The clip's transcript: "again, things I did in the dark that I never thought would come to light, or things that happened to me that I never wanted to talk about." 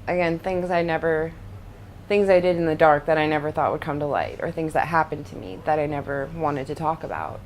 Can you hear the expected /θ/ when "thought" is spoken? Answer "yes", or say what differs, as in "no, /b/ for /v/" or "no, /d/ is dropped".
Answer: yes